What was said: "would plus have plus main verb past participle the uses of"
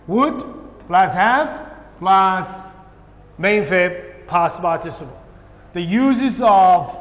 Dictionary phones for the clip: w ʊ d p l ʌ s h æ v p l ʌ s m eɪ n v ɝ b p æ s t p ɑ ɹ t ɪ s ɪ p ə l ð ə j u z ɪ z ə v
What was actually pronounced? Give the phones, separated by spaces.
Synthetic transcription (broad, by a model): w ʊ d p l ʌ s h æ f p l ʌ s m eɪ n f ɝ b p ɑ s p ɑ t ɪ s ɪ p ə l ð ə j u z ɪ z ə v